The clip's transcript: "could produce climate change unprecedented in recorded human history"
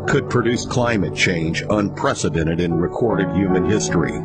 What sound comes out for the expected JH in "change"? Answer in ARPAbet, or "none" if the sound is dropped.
JH